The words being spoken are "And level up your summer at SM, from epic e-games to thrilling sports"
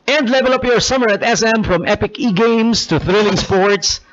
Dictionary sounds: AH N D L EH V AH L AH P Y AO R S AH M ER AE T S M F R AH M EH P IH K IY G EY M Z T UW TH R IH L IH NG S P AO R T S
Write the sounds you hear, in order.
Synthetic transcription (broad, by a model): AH N D L EH V AH L AH P Y AO R S AH M ER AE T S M F R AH M EH P IH K IY G EY M S T UW TH R IH L IH NG S P AO R T S